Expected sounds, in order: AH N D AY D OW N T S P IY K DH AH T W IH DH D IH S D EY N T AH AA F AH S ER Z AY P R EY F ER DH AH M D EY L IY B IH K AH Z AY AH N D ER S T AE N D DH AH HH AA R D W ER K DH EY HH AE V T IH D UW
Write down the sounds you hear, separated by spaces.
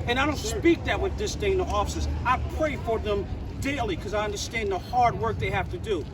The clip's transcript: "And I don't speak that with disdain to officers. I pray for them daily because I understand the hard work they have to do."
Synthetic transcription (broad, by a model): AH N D AY D OW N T S P IY K DH AH T W IH DH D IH S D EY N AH AA F AH S ER Z AY P R EY F ER DH AH M D EY IY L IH K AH Z AY AH N D ER S T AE N DH AH HH AA R D W ER K DH EY HH AE F T IH D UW